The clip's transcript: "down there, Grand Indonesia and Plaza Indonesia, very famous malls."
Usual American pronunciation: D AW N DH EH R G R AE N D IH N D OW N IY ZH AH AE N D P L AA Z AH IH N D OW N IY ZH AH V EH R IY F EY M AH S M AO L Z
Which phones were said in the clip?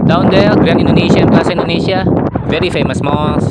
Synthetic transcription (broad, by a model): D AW N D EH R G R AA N IH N D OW N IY SH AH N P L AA S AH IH N D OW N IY SH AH V EH R IY F EY M AH S M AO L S